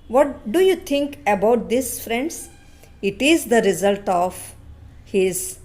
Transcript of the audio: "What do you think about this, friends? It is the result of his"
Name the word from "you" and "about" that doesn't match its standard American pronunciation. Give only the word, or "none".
none